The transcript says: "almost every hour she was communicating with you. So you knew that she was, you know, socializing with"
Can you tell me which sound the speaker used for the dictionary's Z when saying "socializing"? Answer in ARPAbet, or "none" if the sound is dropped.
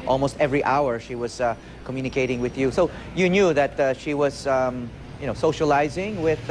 Z